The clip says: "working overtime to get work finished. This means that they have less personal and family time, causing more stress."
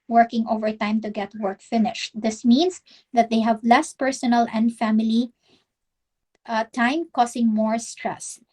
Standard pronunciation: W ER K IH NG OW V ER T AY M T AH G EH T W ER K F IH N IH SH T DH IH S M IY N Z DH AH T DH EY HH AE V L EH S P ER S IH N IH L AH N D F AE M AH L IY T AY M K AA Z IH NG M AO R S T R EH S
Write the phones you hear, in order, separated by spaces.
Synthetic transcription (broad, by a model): W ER K IH NG OW V ER T AY M T AH G EH T W ER K F IH N IH SH T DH IH S M IY N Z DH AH T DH EY HH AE V L EH S P ER S IH N IH L AH N D F AE M AH L IY T AY M K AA S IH NG M AO R S T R EH S